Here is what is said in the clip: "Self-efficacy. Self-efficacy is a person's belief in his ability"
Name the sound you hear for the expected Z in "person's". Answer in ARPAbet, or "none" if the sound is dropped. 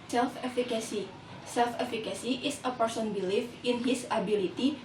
none